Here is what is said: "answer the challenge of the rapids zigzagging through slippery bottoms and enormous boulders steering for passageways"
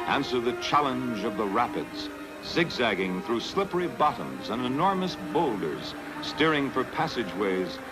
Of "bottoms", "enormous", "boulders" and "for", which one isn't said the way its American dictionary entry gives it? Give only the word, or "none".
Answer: none